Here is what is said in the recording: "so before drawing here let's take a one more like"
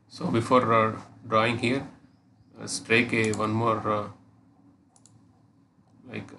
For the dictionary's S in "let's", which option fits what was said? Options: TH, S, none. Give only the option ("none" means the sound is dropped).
none